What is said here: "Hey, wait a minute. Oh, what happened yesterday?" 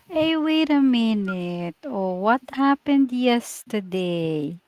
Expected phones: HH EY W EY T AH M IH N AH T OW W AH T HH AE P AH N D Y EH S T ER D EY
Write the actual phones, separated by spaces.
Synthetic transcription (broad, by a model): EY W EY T AH M IH N AH T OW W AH T HH AE P AH N D Y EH S T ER D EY